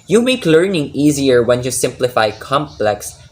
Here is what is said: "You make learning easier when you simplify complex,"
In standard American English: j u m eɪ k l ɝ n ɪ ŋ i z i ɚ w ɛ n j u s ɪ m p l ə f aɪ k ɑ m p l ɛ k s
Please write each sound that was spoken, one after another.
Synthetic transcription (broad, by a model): j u m eɪ k l ɝ n ɪ ŋ i z i ɚ w ɛ n j u s ɪ m p l ə f aɪ k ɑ m p l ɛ k s